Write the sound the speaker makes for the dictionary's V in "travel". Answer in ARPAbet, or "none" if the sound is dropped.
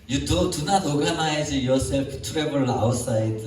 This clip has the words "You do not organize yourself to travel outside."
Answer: B